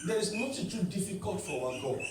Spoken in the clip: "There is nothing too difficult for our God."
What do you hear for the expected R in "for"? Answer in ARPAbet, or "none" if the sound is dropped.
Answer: W